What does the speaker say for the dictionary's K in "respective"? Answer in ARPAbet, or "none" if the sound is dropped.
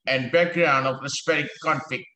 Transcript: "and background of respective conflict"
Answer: none